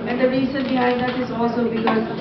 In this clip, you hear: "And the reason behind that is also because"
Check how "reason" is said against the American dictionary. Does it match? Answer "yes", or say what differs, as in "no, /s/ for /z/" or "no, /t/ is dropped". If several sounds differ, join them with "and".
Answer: no, /s/ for /z/